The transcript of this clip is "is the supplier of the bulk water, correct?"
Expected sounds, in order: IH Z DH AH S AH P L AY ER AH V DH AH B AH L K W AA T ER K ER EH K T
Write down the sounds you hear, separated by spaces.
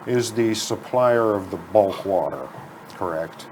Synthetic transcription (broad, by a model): IH Z DH AH S AH P L AY ER AH V DH AH B AH L K W AA T ER K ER EH K T